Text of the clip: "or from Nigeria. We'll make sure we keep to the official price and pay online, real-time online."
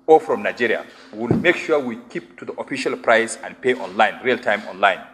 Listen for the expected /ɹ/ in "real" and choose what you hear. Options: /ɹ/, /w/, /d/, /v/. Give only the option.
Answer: /ɹ/